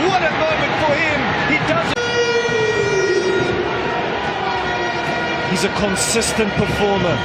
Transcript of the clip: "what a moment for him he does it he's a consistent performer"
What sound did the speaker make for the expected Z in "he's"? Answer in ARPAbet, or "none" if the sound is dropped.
Z